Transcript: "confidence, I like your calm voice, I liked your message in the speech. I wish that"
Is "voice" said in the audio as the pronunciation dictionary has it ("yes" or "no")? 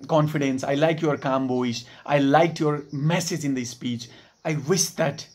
no